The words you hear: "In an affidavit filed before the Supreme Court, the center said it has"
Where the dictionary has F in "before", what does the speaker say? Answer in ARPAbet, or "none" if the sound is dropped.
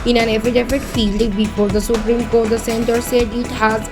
P